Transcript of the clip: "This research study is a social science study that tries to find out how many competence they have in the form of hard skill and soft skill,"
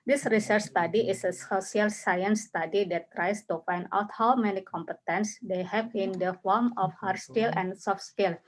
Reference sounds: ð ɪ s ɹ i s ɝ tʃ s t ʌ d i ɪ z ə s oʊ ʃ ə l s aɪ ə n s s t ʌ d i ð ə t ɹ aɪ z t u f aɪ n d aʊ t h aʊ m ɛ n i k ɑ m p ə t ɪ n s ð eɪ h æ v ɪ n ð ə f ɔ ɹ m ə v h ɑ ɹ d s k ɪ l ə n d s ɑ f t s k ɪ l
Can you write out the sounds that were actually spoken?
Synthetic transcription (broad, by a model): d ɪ s ɹ i s ɝ tʃ s t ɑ d i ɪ s ə s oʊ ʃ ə l s aɪ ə n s s t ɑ d i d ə t ɹ aɪ s t u f aɪ n d aʊ t h aʊ m ɛ n i k ɑ m p ə t ɪ n s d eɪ h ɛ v ɪ n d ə f ɔ ɹ m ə f h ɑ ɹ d s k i l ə n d s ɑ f s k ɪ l